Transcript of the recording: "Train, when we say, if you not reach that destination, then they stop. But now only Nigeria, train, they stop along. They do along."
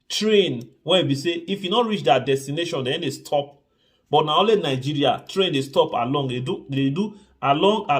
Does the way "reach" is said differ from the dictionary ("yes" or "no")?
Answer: no